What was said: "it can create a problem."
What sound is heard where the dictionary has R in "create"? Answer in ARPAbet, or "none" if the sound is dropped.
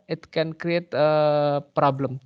R